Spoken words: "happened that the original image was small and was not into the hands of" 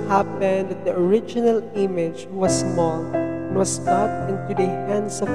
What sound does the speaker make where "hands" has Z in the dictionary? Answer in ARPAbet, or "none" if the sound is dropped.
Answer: S